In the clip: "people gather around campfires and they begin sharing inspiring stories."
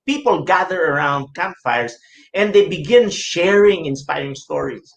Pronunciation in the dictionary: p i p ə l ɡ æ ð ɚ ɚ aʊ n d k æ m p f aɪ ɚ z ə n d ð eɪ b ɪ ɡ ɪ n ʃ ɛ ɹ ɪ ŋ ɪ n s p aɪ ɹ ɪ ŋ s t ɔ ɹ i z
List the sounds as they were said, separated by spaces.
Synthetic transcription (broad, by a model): p i p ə l ɡ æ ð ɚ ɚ aʊ n d k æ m f aɪ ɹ s ə n d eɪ b ɪ ɡ ɪ n ʃ ɛ ɹ ɪ ŋ ɪ n s p aɪ ɹ ɪ ŋ s t ɔ ɹ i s